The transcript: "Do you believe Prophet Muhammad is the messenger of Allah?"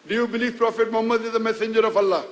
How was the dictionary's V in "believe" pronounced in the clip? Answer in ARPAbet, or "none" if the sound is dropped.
F